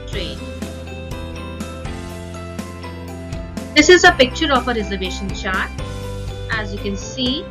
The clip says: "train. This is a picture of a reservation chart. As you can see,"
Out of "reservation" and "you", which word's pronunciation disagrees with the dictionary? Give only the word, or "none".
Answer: none